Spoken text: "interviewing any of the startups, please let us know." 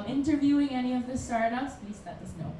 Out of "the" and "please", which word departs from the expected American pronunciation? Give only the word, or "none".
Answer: please